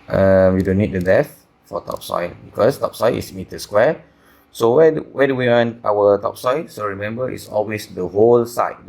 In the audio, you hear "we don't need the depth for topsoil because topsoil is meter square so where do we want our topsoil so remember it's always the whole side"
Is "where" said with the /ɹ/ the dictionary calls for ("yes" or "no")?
no